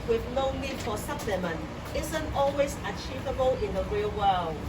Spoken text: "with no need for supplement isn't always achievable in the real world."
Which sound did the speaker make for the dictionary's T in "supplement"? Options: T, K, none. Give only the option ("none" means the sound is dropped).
none